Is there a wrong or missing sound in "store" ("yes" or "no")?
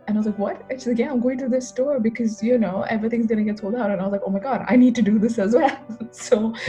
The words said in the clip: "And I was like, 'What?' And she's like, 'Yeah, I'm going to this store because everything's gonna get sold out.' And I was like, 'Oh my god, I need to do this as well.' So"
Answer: no